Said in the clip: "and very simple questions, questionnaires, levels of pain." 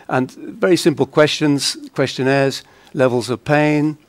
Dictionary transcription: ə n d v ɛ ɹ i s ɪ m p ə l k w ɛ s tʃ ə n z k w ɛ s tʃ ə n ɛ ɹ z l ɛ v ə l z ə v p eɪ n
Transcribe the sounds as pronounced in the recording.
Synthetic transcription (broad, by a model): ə n v ɛ ɹ i s ɪ m p ə l k w ɛ s tʃ ə n z k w ɛ s tʃ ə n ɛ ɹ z l ɛ v ə l z ə v p eɪ n